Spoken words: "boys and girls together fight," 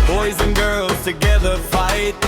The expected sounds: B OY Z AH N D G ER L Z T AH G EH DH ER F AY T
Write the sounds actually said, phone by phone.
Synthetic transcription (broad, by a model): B OY Z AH N G ER L Z T AH G EH DH ER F AY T